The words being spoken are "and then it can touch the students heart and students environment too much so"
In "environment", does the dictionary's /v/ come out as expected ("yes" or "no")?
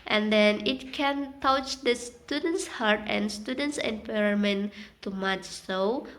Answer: no